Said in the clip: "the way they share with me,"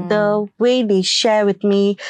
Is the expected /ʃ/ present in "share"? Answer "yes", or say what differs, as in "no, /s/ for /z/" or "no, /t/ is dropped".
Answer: yes